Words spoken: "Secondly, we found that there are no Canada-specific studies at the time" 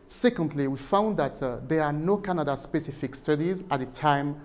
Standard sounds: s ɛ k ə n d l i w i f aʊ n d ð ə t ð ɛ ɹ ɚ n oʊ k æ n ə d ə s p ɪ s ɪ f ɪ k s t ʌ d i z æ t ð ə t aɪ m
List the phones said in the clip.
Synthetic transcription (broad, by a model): s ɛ k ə n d l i w i f aʊ n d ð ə t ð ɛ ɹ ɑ n oʊ k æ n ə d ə s p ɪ s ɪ f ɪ k s t ʌ d i z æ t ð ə t aɪ m